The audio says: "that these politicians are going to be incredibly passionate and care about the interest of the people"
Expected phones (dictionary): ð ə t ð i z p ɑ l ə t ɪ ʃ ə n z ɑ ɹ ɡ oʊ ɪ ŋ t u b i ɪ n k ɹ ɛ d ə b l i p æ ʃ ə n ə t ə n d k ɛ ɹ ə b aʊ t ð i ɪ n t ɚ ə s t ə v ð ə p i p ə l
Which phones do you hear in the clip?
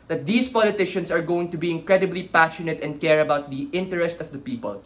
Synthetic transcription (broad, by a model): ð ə t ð i s p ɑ l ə t ɪ ʃ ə n s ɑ ɹ ɡ oʊ ɪ ŋ t u b i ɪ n k ɹ ɛ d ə b l i p æ ʃ ə n ə t ə n d k ɛ ɹ ə b aʊ t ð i ɪ n t ɚ ə s t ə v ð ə p i p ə l